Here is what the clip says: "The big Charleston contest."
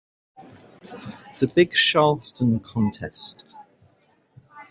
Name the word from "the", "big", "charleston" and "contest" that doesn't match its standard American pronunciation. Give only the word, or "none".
charleston